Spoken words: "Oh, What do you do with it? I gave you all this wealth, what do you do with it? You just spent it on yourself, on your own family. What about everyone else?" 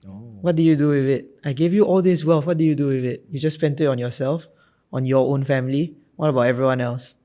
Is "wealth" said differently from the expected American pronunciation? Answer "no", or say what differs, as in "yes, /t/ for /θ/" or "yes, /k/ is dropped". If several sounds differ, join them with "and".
yes, /f/ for /θ/